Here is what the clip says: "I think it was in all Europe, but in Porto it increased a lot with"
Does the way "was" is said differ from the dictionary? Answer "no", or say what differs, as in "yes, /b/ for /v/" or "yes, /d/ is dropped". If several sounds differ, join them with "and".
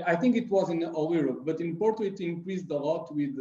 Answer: no